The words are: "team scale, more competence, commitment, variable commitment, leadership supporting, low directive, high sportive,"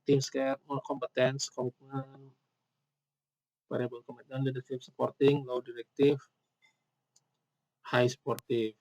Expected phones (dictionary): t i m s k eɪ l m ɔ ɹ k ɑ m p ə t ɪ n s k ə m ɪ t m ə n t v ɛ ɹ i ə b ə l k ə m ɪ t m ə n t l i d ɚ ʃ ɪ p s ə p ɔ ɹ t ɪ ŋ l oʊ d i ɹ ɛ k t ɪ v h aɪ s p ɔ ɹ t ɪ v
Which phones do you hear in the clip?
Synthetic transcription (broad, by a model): t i m s k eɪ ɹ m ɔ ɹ k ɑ m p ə t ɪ n s k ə m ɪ t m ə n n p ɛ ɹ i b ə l k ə m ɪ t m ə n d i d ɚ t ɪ f s ə p ɔ ɹ t ɪ ŋ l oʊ d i ɹ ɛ k t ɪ f h aɪ s p ɔ ɹ t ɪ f